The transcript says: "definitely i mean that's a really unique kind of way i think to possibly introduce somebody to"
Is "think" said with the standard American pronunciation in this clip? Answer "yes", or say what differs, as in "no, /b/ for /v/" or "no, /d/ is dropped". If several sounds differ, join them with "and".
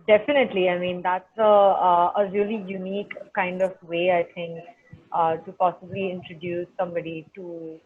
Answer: no, /t/ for /θ/